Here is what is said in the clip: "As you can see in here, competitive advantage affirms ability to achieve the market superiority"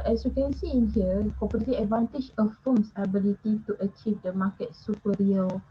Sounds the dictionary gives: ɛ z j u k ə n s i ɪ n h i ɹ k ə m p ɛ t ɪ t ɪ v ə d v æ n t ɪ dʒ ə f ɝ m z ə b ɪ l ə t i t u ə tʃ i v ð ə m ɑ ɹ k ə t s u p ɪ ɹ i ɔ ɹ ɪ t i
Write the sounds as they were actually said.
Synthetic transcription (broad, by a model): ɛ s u k ə n s i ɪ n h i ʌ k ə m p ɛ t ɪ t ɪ ə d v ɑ n t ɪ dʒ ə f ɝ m s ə b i l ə t i t u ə tʃ i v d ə m ɑ k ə t s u p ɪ ɹ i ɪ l